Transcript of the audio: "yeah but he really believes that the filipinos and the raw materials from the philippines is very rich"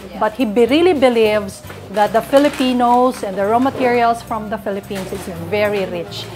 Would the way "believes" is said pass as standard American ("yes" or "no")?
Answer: no